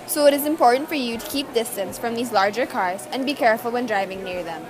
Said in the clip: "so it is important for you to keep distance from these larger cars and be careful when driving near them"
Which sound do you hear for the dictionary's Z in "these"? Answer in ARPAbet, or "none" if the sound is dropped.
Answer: Z